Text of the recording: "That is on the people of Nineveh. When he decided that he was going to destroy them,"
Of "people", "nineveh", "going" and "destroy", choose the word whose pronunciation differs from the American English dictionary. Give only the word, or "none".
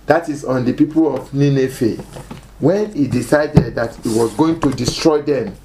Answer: nineveh